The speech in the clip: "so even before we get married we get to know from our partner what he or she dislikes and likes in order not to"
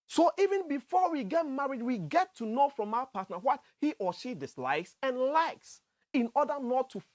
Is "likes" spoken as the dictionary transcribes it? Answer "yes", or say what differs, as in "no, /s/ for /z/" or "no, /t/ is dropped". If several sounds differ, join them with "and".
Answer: yes